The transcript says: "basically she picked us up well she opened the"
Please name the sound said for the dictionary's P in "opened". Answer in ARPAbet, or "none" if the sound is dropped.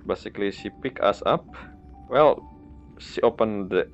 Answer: P